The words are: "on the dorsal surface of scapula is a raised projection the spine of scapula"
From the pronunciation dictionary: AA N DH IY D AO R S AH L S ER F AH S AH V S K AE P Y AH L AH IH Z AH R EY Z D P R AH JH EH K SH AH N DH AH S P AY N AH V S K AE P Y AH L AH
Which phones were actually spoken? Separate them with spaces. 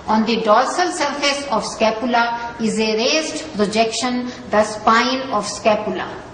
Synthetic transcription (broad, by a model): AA N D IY D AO L S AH L S ER F AH S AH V S K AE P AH L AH IH Z AH R EY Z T P R AH JH EH K SH AH N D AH S P AY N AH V S K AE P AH L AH